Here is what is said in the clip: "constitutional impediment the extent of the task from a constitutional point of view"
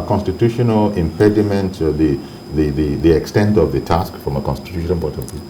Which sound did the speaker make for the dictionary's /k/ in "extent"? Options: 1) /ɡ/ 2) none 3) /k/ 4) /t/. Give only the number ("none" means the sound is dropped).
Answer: 3